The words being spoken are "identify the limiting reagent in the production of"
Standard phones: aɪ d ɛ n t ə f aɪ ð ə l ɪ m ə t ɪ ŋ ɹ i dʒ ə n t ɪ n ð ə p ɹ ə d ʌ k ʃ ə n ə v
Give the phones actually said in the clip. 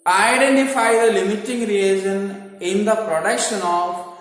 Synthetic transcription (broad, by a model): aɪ d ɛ n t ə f aɪ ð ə l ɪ m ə t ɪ ŋ ɹ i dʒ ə n ɪ n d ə p ɹ ə d ʌ k ʃ ə n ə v